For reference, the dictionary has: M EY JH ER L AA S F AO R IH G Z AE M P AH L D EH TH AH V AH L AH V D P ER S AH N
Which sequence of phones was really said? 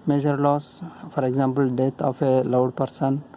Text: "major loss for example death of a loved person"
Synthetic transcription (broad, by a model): M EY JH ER L AA S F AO R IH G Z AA M P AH L D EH T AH F AH L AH W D P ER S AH N